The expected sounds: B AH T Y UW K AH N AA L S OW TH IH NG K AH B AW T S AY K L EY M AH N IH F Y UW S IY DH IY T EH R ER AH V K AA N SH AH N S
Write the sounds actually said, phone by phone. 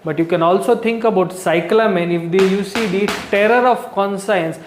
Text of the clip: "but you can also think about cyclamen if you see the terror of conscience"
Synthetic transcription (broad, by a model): B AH T Y UW K AH N AA L S OW T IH NG K AH B AW T S AY K L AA M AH N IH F Y UW S IY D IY T EH R ER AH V K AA N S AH N S